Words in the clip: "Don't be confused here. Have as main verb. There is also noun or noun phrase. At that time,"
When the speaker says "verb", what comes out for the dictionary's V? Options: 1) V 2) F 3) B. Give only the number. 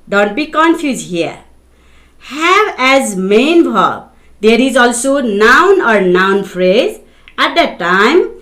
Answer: 3